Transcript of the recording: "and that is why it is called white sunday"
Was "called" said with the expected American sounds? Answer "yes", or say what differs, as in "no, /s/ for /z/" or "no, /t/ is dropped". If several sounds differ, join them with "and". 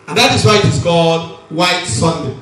no, /l/ is dropped